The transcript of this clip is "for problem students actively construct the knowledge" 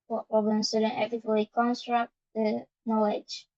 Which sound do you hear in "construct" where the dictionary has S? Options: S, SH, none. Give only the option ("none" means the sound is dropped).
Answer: S